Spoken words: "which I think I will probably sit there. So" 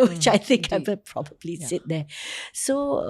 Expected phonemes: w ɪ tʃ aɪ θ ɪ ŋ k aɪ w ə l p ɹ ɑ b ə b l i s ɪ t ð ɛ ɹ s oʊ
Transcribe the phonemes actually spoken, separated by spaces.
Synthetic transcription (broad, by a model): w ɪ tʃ aɪ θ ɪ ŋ k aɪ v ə n p ɹ ɑ b ə b l i s ɪ t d ɛ s oʊ